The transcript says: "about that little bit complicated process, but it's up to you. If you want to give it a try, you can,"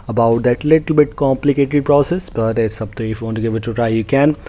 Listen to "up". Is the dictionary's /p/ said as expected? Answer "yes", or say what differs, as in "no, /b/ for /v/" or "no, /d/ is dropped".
no, /b/ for /p/